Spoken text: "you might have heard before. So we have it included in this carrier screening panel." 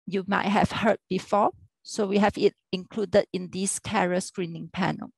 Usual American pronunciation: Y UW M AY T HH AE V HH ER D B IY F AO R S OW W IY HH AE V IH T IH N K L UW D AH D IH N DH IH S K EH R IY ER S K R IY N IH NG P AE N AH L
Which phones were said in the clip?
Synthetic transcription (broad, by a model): Y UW M AY T HH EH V HH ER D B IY F AO S OW W IY HH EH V IH T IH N K L UW D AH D IH N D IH S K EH R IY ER S K R IY N IH NG P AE N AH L